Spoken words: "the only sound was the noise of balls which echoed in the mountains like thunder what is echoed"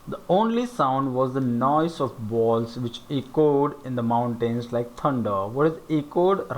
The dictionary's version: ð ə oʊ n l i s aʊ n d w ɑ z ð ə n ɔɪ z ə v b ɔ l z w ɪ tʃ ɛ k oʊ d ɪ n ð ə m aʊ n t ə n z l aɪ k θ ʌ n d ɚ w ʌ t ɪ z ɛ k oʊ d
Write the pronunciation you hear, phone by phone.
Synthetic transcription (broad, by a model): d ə oʊ n l i s aʊ n d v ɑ z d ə n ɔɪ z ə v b ɔ l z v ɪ tʃ ɛ k oʊ d ɪ n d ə m aʊ n t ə n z l aɪ k t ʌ n d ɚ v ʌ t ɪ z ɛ k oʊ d